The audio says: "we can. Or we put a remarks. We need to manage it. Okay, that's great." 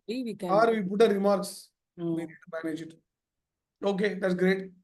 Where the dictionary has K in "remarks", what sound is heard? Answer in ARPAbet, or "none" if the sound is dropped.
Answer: K